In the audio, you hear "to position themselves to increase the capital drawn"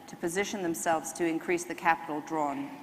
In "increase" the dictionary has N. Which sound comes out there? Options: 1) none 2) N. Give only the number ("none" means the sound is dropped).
2